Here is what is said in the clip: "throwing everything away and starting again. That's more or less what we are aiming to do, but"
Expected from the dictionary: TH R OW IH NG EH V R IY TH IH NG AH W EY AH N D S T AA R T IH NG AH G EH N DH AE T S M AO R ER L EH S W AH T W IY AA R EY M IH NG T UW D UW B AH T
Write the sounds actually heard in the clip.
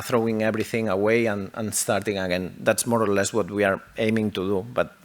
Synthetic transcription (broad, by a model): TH R OW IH NG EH B R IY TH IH NG AH W EY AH N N S T AA R T IH NG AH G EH N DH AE T S M AO R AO L EH S W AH T W IY AA R EY M IH NG T UW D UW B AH T